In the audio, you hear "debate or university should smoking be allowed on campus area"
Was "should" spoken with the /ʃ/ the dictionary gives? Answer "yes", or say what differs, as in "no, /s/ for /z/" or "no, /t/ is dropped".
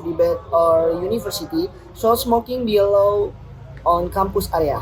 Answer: no, /s/ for /ʃ/